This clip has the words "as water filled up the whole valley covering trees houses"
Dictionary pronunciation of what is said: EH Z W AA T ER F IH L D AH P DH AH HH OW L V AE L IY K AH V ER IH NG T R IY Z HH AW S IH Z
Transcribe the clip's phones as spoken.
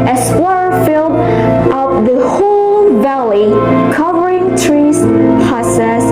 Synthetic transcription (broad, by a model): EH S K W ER F IH L D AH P DH AH HH OW L V AE L IY K AH V ER IH NG T R IY Z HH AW S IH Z